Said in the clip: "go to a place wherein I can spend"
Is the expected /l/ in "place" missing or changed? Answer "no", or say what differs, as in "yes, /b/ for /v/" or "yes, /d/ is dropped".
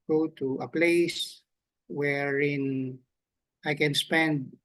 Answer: no